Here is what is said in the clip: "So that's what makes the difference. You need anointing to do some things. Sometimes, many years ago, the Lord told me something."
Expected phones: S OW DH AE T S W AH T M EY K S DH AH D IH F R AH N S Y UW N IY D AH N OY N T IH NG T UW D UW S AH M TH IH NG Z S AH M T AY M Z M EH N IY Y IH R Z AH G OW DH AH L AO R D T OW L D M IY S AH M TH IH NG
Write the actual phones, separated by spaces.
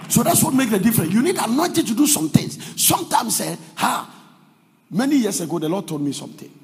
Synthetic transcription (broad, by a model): S OW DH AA T S W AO T M EY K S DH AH D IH F R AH N Y UW N IY D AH N OY N T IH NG T UW D UW S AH M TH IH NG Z S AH M T AY M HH M EH N IY Y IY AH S AH G OW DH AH L AO D T OW L D M IY S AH M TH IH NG